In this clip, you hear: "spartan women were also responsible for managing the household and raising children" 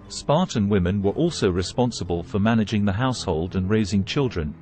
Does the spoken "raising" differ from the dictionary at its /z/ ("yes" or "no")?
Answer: no